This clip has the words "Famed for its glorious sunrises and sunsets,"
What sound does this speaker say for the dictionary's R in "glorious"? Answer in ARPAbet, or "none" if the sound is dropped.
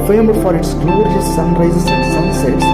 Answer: none